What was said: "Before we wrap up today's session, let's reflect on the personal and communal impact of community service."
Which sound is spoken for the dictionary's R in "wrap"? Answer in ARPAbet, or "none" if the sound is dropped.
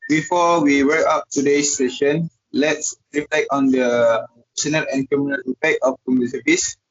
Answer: W